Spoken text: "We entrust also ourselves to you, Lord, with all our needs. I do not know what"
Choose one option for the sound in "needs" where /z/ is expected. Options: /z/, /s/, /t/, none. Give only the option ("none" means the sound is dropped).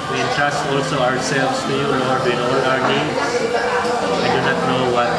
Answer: /s/